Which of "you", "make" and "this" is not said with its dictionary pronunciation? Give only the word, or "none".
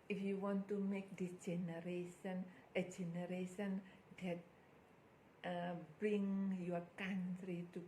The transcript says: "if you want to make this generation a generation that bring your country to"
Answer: this